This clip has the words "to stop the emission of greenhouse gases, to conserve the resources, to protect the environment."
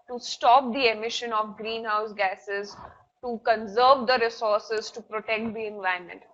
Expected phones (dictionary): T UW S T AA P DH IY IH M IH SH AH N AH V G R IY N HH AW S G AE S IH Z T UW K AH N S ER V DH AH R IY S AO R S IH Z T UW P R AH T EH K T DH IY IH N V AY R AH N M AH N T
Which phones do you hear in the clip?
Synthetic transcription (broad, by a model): T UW S T AA P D IY IH M IH SH AH N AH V G R IY N HH AW S G AE S IH Z T UW K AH N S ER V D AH R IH S AO R S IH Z T UW P R AH T EH K T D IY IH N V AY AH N M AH N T